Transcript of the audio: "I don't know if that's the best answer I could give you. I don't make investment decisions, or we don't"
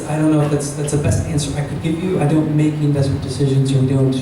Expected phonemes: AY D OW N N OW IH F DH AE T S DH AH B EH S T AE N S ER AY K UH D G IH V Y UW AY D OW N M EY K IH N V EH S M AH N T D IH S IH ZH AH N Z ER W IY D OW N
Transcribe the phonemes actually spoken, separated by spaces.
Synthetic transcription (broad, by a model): AY D OW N N OW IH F DH AE T S DH AH B EH S T AE N S ER AY K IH D G IH V Y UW AY D OW N M EY K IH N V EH S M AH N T D IH S IH ZH AH N Z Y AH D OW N